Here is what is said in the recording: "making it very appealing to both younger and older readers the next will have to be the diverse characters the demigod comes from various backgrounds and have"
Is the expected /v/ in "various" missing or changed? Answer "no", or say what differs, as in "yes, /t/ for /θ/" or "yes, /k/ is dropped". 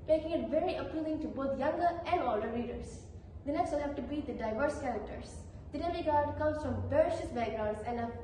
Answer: yes, /b/ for /v/